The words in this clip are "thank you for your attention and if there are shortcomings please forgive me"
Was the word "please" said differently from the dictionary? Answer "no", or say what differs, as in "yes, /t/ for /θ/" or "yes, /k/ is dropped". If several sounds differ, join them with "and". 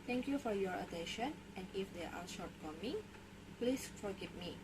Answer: yes, /s/ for /z/